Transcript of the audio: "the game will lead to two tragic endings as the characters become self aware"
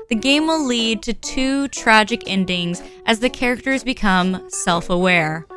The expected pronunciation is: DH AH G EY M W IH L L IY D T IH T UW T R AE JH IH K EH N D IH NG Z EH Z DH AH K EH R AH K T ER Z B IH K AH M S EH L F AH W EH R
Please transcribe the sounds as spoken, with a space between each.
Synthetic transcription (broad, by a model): DH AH G EY M W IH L L IY D T IH T UW T R AE JH IH K EH N D IH NG Z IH Z DH AH K EH R AH K T ER Z B IH K AH M S EH L F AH W EH R